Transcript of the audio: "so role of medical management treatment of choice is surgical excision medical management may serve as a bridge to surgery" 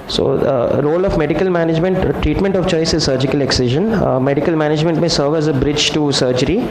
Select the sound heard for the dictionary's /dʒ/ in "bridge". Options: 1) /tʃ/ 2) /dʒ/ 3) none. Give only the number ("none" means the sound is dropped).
2